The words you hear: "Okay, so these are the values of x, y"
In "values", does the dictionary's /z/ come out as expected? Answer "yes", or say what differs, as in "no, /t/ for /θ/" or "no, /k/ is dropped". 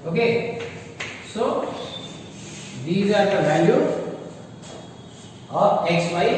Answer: no, /z/ is dropped